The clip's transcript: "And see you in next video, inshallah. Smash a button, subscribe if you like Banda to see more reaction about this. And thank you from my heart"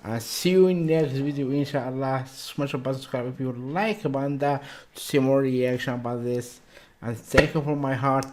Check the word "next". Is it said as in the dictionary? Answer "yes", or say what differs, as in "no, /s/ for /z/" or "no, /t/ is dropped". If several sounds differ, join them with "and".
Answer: yes